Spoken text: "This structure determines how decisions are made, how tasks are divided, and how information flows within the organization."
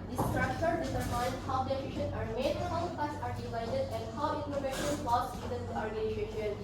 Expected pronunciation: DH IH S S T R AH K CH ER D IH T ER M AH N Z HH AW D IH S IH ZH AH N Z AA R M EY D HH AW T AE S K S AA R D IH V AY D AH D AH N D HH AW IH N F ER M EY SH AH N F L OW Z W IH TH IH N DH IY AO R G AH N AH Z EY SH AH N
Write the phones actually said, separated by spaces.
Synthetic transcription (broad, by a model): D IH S S T R AH K CH ER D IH S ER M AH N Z HH AW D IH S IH SH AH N AA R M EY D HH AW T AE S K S AA R D IH V AY D AH D AH N D HH AW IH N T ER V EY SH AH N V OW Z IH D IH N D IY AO R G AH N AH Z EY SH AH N